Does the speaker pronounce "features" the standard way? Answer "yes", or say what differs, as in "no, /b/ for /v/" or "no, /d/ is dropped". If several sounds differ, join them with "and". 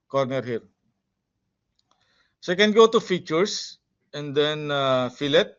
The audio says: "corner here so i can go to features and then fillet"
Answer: no, /s/ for /z/